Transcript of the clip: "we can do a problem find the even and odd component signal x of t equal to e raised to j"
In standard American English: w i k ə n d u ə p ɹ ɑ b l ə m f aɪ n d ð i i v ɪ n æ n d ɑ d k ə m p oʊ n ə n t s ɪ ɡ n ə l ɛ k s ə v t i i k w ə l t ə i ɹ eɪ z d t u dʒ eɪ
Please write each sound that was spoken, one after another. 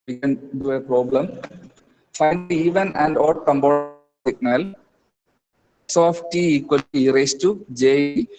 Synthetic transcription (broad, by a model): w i k ə n d u ə p ɹ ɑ b l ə m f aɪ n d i i v ɪ n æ n d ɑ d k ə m b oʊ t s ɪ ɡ n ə l s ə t t i i k w ə l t i ɹ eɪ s t u dʒ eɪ